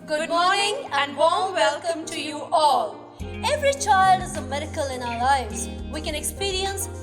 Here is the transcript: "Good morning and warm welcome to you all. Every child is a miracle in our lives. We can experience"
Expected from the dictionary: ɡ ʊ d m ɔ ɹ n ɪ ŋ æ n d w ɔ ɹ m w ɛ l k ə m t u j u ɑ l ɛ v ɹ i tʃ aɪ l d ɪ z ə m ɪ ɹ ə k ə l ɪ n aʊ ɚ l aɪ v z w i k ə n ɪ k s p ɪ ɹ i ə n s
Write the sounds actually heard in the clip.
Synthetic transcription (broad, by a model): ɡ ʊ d m ɔ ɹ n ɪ ŋ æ n d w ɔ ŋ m w ɛ l k ə m t u j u ɑ l ɛ v ɹ i tʃ aɪ l d ɪ z ə m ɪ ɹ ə k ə l ɪ n aʊ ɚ l aɪ v z w i k ə n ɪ k s p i ɹ i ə n s